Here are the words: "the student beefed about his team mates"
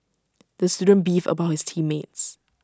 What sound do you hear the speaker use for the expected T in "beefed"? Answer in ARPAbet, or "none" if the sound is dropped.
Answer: none